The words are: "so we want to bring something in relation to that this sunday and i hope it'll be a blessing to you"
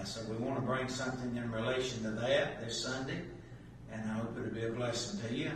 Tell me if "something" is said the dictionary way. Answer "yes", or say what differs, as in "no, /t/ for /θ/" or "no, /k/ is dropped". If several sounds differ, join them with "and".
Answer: yes